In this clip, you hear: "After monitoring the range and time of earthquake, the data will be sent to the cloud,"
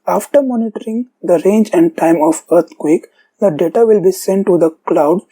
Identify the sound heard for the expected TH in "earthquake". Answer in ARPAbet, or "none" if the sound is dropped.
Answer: T